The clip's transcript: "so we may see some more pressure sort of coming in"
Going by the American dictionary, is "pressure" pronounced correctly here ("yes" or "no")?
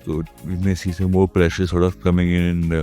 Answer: yes